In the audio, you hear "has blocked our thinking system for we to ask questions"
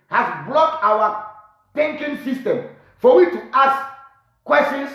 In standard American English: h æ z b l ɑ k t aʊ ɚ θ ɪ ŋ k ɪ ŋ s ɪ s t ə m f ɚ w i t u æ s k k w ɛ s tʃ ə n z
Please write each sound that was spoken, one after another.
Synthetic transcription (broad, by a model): h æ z b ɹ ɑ t aʊ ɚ t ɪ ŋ k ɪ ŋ s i s t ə m f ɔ w i t u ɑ s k k w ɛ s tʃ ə n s